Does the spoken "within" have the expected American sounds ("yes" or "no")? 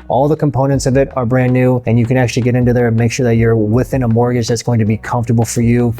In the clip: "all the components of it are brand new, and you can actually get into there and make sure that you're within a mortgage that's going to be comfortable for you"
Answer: yes